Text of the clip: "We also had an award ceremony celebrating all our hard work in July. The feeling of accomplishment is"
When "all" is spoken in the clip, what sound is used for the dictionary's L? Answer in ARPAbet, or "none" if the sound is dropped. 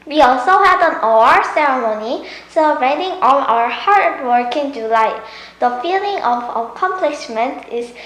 N